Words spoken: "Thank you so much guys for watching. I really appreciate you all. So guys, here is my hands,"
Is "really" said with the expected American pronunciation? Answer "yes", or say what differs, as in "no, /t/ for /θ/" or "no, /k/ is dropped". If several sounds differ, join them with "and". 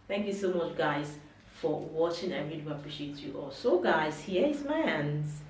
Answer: no, /n/ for /l/